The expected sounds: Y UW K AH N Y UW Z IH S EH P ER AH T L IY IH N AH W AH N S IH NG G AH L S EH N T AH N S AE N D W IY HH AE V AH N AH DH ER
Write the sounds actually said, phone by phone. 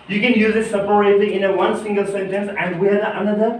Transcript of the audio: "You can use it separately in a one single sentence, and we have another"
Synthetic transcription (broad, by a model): Y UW K AH N Y UW Z IH S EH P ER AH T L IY IH N AH W AH N S IH NG G AH L S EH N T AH N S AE N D W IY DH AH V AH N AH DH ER